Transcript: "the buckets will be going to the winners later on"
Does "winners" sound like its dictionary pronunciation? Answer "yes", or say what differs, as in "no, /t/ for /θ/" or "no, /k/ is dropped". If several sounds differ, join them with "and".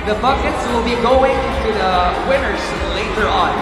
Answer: no, /s/ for /z/